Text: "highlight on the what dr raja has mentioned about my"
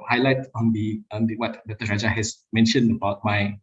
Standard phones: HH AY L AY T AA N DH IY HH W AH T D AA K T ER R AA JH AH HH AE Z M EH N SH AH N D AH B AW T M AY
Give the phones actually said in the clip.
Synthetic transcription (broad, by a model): HH AY L AY T AA N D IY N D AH T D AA T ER R AA JH AH HH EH S M EH N SH AH N D AH B AW T M AY